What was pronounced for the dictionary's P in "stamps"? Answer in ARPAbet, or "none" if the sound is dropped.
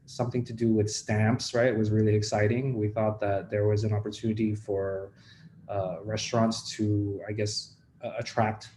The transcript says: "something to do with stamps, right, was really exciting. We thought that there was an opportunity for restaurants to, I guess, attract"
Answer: P